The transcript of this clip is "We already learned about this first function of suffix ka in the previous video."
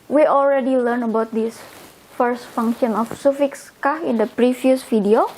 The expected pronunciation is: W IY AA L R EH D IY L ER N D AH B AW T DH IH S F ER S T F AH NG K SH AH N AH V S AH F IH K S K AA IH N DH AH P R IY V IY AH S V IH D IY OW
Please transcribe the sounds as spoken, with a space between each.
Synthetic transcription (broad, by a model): W IY AA L R EH D IY L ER N AH B AW T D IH S F ER S T F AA NG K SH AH N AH F S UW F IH K S K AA IH N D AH P R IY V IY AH S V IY D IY OW